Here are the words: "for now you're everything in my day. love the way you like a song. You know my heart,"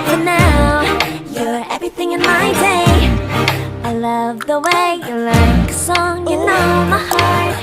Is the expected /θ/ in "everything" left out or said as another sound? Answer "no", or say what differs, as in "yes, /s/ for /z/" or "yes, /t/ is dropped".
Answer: no